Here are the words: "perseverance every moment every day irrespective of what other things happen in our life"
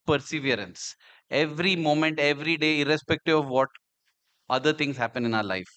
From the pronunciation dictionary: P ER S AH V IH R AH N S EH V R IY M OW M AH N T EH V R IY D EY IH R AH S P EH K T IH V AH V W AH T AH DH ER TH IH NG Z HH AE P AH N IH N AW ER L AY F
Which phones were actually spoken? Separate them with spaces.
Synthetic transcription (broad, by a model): P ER S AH V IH R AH N S EH V R IY M OW M AH N T EH V R IY D EY IH R AH S P EH K T IH V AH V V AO T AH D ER T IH NG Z HH AE P AH N IH N AW ER L AY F